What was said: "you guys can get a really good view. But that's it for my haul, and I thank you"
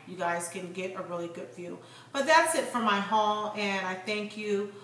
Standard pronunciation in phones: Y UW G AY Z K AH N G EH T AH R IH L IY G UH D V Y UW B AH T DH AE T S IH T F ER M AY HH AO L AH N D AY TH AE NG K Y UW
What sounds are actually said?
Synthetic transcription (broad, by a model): Y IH G AY Z K AH N G EH T AH R IH L IY G UH D F Y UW B AH T DH AE T S IH T F ER M AY HH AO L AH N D AY TH AE NG K Y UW